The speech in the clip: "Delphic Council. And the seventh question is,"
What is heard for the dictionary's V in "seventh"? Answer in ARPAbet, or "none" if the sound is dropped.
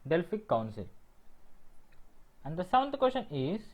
none